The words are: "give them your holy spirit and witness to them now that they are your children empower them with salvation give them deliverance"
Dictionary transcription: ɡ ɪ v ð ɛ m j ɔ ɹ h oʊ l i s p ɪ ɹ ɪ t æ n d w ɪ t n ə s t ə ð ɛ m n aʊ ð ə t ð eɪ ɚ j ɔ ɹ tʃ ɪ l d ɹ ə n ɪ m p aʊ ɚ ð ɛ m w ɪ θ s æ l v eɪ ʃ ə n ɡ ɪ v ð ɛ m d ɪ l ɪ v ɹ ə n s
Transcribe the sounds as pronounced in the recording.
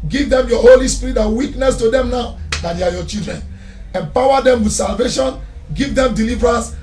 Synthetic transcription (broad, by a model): ɡ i v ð ɛ m j ɔ h oʊ l i s p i ɹ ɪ t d w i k n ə s t ə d ɛ m n aʊ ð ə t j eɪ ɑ j ɔ tʃ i l d ɹ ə n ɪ m p aʊ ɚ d ɛ m w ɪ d s æ l v eɪ ʃ ə n ɡ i v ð ɛ m d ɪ l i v ɹ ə n s